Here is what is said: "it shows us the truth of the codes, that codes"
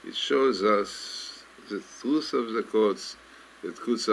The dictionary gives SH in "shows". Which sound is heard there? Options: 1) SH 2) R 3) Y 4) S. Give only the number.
1